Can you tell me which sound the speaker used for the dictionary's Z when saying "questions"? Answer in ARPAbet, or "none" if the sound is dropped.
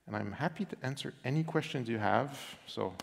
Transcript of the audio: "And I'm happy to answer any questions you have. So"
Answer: Z